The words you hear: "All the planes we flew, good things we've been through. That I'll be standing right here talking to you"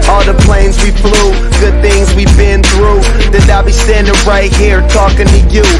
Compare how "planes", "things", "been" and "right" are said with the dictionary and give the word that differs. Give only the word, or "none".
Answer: none